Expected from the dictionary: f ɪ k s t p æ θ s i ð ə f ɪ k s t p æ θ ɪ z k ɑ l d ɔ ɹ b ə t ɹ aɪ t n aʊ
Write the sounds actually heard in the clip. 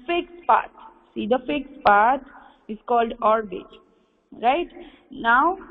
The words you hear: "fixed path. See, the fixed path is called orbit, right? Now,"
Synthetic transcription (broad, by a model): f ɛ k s p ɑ t s i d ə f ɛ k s p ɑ t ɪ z k ɑ l d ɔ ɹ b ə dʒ ɹ aɪ t n aʊ